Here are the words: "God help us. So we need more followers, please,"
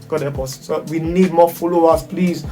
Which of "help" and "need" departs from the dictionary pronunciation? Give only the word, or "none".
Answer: help